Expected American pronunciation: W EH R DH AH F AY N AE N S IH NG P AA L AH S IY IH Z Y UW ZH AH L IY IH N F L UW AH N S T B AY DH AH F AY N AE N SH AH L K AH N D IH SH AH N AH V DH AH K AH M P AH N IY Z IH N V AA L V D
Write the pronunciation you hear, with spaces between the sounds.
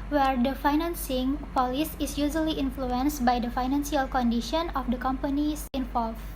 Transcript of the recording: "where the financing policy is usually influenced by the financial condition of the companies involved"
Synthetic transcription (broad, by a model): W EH R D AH F AY N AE N S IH NG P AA L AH S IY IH S Y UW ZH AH L IY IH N F L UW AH N S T B AY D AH F AY N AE N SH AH L K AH N D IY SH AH N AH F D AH K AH M P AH N IY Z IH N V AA L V